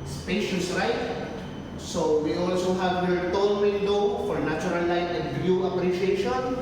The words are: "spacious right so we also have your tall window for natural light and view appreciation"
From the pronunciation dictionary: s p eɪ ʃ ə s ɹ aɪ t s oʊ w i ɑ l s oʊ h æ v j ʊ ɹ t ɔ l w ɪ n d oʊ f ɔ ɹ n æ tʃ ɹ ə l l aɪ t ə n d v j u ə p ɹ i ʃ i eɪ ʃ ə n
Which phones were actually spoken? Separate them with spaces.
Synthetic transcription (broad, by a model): s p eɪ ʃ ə s ɹ aɪ t s oʊ w i ɑ l s oʊ h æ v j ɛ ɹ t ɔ n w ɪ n d oʊ f ɔ ɹ n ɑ tʃ ɹ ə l l aɪ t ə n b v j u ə p ɹ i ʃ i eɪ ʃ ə n